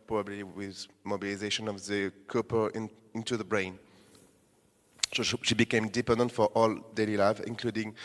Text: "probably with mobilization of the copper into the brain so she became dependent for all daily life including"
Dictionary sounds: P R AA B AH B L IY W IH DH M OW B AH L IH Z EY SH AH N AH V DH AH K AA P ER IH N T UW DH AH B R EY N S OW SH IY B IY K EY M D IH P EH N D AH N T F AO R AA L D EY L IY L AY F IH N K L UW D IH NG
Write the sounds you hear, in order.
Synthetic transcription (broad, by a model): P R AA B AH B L IY W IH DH M OW B AH L IH Z EY SH AH N AH V DH AH K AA P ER IH N T UW DH AH B R EY N S OW SH IY B IY K EY M D IH P EH N D AH N T F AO R AA L D EY L IY L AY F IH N K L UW D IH NG